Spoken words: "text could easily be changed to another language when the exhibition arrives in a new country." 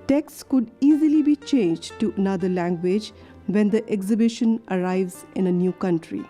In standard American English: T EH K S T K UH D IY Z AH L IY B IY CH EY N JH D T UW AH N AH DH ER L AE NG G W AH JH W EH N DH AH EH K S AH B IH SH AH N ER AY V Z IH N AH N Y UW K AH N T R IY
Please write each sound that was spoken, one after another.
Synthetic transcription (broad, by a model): T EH K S K UH D IY Z AH L IY B IY CH EY N JH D T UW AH N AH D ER L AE NG G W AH JH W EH N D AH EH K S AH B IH SH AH N ER AY V Z IH N AH N Y UW K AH N T R IY